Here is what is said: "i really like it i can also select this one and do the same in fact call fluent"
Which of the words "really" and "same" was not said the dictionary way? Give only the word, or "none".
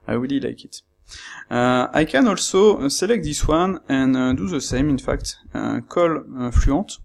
really